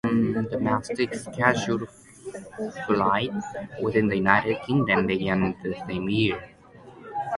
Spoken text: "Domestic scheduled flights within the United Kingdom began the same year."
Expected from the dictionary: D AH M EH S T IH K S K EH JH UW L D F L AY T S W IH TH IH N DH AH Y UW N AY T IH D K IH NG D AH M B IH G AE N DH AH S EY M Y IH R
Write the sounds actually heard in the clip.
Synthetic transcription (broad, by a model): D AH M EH S T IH K S K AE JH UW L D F L AY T W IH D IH N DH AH Y UW N AY T IH D K IH NG D AH M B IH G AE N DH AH S EY M Y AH R